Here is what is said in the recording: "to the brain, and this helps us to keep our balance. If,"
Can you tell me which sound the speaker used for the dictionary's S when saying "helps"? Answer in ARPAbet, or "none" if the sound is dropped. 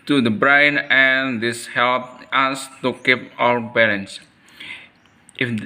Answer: none